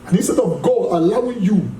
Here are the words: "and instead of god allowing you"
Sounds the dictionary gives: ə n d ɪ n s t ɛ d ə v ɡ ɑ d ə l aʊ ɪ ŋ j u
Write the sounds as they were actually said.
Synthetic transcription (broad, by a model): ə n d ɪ s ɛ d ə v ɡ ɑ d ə l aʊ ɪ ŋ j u